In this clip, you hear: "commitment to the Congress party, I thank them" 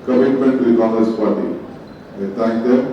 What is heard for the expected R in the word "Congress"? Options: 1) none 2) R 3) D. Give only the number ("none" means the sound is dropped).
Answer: 1